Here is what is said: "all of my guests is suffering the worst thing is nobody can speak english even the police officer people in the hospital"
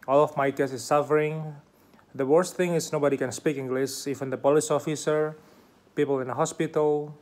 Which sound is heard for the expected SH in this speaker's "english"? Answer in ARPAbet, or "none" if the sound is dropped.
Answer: S